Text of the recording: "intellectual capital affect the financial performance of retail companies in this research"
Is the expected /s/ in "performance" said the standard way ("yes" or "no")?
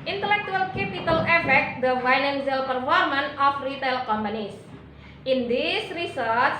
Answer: no